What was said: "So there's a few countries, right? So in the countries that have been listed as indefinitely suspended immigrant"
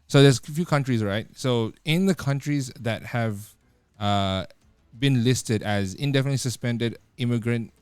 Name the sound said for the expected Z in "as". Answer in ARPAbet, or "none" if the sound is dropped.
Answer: Z